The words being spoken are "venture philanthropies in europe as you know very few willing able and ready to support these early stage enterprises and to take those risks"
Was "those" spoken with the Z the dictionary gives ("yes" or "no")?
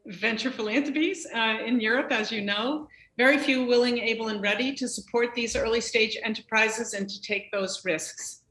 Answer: yes